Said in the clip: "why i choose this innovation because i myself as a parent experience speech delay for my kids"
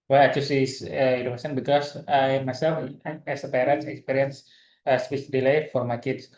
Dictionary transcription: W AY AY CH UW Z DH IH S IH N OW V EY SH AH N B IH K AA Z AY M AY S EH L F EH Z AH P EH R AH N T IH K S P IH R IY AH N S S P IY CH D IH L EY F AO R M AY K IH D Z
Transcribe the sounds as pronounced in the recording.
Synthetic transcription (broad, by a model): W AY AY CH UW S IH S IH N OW EY S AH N B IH K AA S AY M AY S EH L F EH S AH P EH R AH N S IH K S P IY R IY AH N S S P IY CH D IH L EY F AO R M AY K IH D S